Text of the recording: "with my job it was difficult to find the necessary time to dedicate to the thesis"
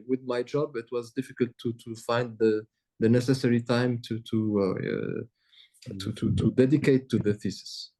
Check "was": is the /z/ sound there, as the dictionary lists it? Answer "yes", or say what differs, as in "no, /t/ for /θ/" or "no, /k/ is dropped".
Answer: yes